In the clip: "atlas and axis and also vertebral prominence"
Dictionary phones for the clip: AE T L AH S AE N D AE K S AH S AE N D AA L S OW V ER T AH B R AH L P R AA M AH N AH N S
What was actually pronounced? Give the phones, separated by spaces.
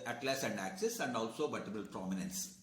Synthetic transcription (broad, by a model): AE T L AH S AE N D AE K S AH S AE N D AA L S OW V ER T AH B AH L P R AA M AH N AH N S